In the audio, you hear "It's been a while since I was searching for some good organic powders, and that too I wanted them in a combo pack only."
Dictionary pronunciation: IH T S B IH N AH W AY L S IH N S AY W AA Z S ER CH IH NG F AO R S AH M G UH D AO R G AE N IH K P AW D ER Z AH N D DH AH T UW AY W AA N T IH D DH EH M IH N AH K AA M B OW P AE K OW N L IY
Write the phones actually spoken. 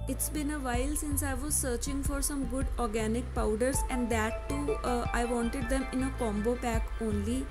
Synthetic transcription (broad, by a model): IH T S B IH N AH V AY L S IH N S AY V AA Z S ER CH IH NG F AO R S AH M G UH D AO R G AE N IH K P AW D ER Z AH N D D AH T UW AY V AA N T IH D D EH M IH N AH K AA M B OW P AE K OW N L IY